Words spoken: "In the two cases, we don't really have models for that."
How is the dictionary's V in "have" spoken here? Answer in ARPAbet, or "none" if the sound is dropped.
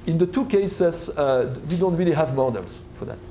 V